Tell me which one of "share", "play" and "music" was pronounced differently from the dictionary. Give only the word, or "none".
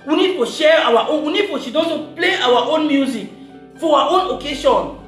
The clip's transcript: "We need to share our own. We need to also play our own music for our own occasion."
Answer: none